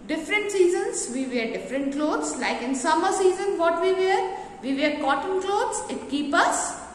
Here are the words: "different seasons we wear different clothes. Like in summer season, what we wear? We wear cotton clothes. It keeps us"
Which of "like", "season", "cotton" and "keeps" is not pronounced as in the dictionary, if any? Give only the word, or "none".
keeps